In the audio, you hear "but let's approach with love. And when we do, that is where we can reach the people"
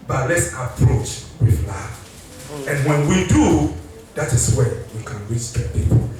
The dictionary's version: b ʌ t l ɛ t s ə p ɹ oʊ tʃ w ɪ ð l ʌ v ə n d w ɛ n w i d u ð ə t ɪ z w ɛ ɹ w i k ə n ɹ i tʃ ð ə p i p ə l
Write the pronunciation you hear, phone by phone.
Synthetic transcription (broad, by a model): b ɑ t l ɛ t s ə p ɹ oʊ tʃ w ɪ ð l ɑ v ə n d w ɛ n w i d u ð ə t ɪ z w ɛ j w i k ə n w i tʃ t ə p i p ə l